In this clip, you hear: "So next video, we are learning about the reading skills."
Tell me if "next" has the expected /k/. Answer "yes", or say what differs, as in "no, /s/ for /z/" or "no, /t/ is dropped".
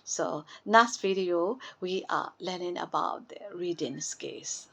no, /k/ is dropped